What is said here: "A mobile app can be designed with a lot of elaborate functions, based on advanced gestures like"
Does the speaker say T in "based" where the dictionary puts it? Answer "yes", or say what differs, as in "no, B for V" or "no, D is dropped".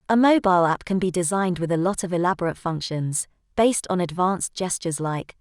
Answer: yes